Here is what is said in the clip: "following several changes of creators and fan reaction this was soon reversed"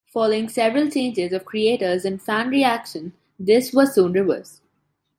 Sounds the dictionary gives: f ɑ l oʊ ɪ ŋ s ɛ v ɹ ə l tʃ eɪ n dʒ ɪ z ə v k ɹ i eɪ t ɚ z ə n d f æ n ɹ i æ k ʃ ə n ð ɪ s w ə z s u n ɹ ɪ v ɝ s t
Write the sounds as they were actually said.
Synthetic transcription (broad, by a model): f ɑ l oʊ ɪ ŋ s ɛ v ɹ ə l tʃ eɪ n dʒ ɪ z ə v k ɹ i eɪ t ɚ z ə n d f æ n ɹ i æ k ʃ ə n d ɪ s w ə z s u n ɹ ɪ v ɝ s